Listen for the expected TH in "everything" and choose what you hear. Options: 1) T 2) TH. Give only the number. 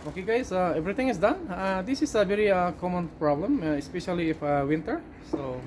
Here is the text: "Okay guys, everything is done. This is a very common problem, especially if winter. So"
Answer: 1